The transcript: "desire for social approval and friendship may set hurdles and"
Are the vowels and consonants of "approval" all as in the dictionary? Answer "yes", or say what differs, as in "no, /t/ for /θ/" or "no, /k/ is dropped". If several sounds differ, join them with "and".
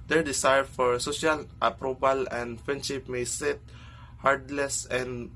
no, /b/ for /v/